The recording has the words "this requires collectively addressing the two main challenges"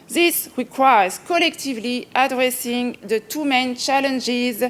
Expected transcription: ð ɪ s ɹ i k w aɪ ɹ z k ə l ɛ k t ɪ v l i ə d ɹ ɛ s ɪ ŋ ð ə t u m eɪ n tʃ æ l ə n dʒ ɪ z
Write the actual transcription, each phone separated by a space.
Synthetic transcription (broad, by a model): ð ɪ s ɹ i k w aɪ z k ə l ɛ k t ɪ v l i ə d ɹ ɛ s ɪ ŋ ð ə t u m eɪ n tʃ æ l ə n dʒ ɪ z